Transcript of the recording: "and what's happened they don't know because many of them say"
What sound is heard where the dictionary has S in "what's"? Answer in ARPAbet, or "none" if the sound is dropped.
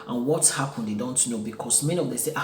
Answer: none